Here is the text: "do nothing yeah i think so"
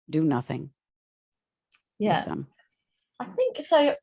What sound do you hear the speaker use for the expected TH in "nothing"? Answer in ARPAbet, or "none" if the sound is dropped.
TH